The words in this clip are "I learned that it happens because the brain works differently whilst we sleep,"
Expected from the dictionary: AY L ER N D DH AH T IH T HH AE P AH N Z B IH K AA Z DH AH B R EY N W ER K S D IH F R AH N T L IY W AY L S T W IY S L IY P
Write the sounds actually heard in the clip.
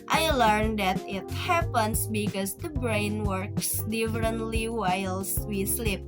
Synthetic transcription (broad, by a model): AY L ER N D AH T IH T HH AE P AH N S B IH K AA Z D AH B R EY N W ER K S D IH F R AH N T L IY W AY L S W IY S L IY P